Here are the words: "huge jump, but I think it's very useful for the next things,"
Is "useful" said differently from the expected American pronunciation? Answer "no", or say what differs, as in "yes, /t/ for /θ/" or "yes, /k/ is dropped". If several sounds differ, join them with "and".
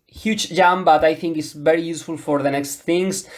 no